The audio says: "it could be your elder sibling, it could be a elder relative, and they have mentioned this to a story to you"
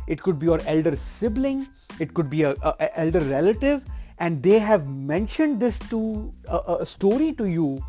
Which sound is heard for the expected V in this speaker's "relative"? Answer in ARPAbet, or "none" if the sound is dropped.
V